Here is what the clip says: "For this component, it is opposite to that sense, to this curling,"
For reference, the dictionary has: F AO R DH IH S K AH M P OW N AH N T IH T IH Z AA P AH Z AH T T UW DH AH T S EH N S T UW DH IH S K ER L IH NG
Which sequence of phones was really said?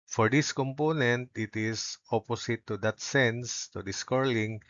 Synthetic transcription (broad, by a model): F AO R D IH S K AH M P OW N AH N T IH T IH S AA P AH S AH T T UW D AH T S EH N S T UW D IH S K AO L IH NG